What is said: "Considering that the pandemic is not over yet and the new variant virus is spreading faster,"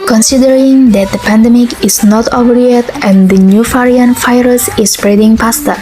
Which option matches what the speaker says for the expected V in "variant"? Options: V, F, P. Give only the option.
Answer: F